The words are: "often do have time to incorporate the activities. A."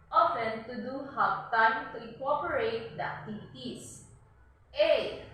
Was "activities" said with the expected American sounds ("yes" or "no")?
no